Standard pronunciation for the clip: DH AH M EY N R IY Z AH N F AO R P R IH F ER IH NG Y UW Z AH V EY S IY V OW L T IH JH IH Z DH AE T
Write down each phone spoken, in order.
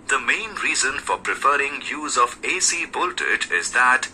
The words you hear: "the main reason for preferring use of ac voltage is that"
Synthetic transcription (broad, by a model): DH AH M EY N R IY Z AH N F AO R P R IH F ER IH NG Y UW Z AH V EY S IY B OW L T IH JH IH Z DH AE T